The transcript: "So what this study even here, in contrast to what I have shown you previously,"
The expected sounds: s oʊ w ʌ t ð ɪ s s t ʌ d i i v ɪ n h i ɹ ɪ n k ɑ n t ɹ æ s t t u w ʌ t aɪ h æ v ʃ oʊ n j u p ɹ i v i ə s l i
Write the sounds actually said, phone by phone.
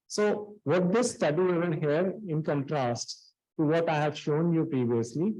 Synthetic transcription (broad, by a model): s oʊ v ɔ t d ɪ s s t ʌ d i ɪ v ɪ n h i ɹ ɪ n k ɑ n t ɹ æ s t t u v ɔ t aɪ h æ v ʃ oʊ n j u p ɹ i v i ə s l i